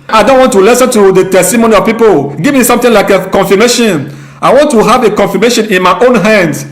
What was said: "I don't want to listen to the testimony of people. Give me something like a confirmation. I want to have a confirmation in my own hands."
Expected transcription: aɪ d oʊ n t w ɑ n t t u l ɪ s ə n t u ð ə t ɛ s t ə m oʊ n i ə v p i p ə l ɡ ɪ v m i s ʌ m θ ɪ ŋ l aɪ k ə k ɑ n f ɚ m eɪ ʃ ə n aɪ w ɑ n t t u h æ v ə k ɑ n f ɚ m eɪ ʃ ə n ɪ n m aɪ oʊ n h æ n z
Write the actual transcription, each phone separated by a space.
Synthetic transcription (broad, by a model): aɪ d oʊ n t w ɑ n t t u l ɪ s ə n t u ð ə t ɛ s t ə m oʊ n i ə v p i p ə l ɡ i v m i s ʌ m t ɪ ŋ l aɪ k ə k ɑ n f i m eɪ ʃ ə n aɪ w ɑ n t t u h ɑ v ə k ɑ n f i m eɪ ʃ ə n ɪ n m aɪ oʊ n h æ n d